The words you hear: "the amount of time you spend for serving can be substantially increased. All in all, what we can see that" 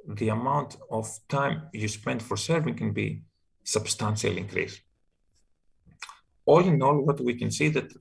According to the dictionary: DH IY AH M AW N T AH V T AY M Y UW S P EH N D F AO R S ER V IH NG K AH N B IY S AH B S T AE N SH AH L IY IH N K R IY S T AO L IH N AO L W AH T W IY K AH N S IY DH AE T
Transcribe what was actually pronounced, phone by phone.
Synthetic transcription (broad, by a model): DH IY AH M AW N T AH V T AY M Y UW S P EH N D F AO R S ER V IH NG K AH N B IY S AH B S T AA N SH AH L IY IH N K R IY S AO L IH N AO L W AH T W IY K AH N S IY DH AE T